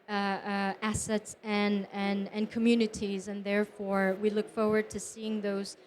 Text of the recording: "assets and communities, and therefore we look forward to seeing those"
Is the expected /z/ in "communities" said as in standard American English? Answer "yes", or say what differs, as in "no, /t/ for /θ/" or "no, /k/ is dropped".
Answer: yes